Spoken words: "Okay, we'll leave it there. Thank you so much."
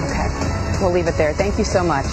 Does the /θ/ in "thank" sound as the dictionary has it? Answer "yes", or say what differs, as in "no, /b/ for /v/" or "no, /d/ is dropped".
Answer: yes